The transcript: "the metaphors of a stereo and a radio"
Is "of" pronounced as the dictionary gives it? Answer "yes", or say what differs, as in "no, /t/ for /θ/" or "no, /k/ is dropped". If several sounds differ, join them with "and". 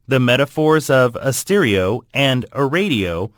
yes